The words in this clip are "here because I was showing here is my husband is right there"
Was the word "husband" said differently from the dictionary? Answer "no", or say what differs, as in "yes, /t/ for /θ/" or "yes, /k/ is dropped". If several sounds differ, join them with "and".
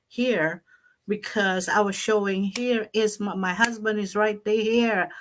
no